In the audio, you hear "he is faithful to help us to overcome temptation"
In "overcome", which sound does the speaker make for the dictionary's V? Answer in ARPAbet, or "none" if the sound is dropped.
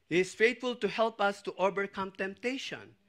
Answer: B